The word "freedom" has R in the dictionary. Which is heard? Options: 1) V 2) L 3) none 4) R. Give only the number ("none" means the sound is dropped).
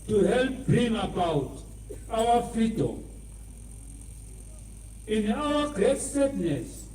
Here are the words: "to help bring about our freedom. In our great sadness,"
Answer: 3